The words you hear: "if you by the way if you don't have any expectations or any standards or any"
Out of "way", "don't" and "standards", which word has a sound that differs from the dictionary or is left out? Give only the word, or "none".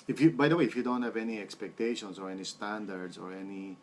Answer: standards